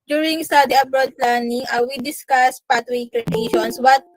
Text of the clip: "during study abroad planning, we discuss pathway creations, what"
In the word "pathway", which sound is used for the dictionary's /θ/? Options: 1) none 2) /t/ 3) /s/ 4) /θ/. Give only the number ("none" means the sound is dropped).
2